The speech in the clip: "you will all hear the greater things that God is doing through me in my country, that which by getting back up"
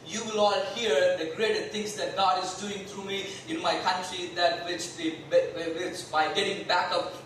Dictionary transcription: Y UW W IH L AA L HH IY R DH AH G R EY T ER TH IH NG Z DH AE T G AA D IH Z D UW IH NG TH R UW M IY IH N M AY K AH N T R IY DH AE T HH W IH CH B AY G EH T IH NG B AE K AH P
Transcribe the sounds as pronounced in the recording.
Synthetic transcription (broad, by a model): Y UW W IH L AA L HH IY R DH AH G R EY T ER S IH NG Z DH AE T G AA D IH Z D UW IH NG T R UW M IY IH N M AY K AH N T R IY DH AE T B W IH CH B AY G EH T IH NG B AE K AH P